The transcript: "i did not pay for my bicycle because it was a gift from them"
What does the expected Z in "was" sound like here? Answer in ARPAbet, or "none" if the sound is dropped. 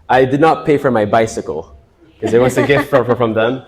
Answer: S